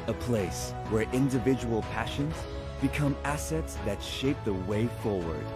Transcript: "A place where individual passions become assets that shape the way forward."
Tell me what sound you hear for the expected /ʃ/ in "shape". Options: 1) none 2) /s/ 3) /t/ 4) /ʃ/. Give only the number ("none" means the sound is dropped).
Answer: 4